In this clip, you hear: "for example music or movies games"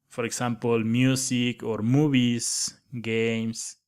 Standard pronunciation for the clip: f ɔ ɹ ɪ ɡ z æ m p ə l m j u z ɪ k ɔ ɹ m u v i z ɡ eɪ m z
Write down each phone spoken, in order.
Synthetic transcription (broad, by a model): f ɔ ɹ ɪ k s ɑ m p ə l m j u s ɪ k ɔ ɹ m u b i s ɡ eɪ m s